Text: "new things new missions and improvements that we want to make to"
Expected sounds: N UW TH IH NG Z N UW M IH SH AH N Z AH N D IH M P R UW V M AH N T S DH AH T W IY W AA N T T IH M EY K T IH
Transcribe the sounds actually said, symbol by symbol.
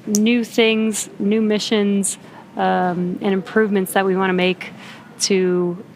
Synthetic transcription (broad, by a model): N UW TH IH NG Z N UW M IH SH AH N Z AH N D IH M P R UW V M AH N T S DH AH T W IY W AA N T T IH M EY K T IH